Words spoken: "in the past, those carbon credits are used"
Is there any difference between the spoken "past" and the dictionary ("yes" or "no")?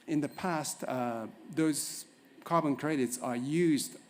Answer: no